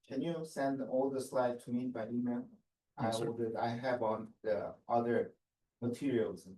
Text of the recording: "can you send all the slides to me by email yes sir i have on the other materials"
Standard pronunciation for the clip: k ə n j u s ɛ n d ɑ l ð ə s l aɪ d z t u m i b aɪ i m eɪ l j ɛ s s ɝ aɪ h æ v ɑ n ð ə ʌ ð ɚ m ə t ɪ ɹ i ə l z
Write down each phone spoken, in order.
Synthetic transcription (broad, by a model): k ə n j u s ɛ n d ɑ l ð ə s l aɪ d t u m i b aɪ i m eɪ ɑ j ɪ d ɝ aɪ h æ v ɑ n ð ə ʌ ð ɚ m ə t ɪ ɹ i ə l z